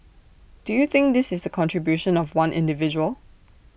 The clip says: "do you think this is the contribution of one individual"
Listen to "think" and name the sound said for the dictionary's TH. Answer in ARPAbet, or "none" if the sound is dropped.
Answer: TH